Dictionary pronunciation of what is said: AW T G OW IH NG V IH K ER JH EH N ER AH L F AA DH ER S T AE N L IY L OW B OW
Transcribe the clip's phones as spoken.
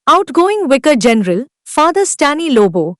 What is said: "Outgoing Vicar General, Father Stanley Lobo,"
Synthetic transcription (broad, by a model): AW T G OW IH NG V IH K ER JH EH N ER AH L F AA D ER S T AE N IY L OW B OW